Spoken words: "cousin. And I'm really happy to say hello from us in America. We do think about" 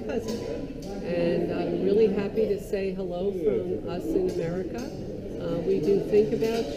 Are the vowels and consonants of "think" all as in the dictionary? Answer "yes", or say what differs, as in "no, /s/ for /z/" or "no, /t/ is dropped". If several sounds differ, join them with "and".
yes